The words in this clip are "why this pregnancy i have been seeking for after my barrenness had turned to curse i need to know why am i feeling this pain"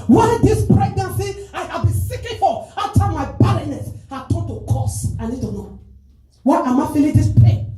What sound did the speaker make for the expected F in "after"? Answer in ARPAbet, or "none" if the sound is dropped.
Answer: none